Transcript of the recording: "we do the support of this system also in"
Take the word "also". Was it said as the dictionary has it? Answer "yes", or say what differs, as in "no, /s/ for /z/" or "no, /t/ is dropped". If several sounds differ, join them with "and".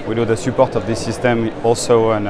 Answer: yes